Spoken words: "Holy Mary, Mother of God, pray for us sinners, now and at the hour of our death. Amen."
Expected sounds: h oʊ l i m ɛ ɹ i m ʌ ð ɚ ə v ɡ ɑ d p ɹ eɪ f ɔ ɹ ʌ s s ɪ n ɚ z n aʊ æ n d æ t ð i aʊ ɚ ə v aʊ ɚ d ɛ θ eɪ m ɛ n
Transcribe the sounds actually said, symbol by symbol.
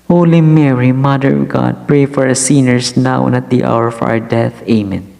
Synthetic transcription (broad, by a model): h oʊ l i m ɛ ɹ i m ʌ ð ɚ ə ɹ ɡ ɑ d p ɹ eɪ f ɔ ɹ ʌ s s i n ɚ s n aʊ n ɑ t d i aʊ ɚ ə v aʊ ɚ d ɛ θ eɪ m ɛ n